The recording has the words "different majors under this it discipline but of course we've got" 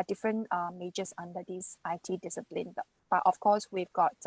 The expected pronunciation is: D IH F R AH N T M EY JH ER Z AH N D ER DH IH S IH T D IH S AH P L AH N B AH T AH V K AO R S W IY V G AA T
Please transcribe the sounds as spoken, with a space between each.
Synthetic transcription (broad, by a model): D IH F R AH N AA M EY JH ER S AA N D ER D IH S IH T D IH S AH P L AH N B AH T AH F K AO S W IY V G AA T